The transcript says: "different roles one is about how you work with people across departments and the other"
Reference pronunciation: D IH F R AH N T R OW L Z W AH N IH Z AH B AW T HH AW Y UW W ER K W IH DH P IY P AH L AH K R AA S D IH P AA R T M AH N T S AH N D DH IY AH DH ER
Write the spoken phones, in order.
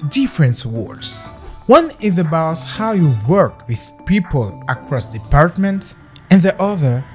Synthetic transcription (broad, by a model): D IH F R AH N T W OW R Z W AH N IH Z AH B AW T HH AW Y UW W ER K W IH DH P IY P AH L AH K R AA S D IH P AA R T M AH N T AH N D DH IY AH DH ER